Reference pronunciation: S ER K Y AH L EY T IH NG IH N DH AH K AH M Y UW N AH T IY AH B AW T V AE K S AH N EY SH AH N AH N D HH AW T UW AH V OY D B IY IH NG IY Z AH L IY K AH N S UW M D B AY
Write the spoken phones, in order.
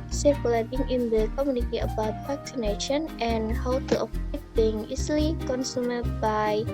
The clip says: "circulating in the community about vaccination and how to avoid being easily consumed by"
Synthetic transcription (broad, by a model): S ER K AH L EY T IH NG IH N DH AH K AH M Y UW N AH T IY AH B AW T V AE K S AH N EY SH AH N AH N HH AW T UW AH P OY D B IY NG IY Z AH L IY K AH N S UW M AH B AY